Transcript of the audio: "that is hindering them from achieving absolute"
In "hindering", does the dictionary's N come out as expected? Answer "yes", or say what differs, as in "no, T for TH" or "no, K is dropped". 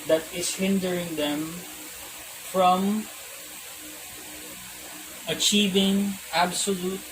yes